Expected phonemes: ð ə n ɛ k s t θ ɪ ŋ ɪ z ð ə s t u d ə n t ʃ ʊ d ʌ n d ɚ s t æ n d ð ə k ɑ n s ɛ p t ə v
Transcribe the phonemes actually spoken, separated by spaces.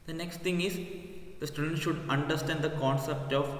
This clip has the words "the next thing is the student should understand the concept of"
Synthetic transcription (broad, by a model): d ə n ɛ k s t t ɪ ŋ ɪ z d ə s t u d ə n t ʃ ʊ d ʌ n d ɚ s t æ n d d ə k ɑ n s ɛ p t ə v